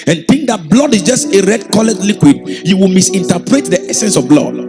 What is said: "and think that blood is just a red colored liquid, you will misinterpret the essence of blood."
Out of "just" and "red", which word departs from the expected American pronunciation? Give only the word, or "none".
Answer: none